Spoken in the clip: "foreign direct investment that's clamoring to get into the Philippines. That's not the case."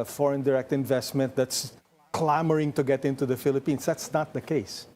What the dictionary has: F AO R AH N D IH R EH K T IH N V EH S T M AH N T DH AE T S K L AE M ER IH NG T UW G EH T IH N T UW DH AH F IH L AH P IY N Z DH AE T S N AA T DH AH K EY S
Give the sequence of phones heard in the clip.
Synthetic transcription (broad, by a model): F AO R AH N D IH R EH K T IH N V EH S T M AH N T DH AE T S K L AE M ER IH NG T UW G EH T IH N T UW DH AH F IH L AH P IY N S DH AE T S N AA T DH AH K EY S